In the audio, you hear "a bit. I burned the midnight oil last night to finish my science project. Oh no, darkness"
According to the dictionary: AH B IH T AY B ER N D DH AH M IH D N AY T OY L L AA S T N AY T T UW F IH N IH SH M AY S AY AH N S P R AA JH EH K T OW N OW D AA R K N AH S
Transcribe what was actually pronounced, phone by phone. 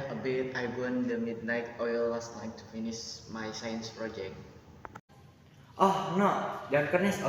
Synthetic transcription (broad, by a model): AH B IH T AY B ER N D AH M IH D N AY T OY L W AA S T L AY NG T UW F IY N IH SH M AY S AY AH N S P R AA JH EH K T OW N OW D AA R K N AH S